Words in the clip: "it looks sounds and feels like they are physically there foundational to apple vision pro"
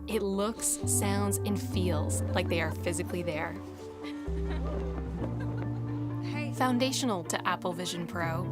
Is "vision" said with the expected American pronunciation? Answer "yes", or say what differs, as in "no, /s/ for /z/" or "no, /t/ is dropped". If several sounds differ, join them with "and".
yes